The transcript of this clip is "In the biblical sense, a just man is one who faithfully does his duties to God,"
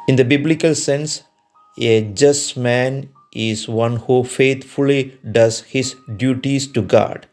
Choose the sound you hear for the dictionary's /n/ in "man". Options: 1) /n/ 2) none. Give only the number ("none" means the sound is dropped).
1